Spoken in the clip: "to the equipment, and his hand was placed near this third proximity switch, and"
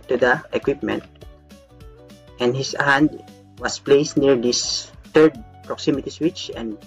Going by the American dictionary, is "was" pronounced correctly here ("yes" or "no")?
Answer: no